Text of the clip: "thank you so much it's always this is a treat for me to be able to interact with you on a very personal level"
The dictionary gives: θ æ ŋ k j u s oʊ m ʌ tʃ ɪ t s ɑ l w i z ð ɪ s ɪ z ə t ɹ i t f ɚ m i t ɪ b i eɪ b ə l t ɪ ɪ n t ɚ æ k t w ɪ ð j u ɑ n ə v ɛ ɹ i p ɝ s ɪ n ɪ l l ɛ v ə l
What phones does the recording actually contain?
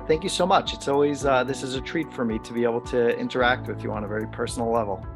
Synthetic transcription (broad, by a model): θ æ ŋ k j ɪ s oʊ m ʌ tʃ ɪ t s ɑ l w i z ð ɪ s ɪ z ə t ɹ i t f ɚ m i t ɪ b i eɪ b l t ɪ ɪ n t ɚ æ k t w ɪ ð j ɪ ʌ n ə v ɛ ɹ i p ɝ s n l l ɛ v l